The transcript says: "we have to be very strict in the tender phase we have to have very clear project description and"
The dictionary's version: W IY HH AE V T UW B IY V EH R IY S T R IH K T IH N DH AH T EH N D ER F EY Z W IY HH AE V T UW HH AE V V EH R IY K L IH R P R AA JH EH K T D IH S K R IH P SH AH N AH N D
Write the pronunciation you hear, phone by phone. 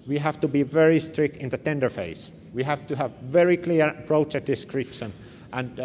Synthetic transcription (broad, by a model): W IY HH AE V T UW B IY V EH R IY S T R IH K T IH N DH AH T EH N D ER F EY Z W IY HH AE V T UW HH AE V V EH R IY K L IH R P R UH CH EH T D IH S K R IH P SH AH N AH N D